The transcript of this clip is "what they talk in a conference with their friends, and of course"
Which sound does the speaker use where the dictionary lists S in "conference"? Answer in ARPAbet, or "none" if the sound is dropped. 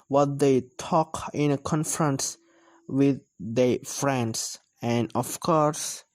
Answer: S